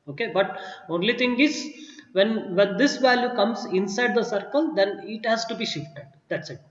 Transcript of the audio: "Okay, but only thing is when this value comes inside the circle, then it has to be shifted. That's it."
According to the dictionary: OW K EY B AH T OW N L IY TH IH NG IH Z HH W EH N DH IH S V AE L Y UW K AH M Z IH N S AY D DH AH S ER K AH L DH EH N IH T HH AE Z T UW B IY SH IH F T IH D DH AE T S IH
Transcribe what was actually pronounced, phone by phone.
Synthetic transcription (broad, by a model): OW K EY B AH T OW N L IY T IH NG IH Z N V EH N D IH S V AE L Y UW K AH M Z IH N S AY D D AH S ER K AH L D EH N IH T HH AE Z T UW B IY SH IH F T IH D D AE T S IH